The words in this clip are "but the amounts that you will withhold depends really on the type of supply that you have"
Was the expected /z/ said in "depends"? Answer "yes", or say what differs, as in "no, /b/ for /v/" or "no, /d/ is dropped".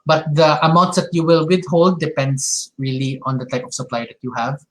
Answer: no, /s/ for /z/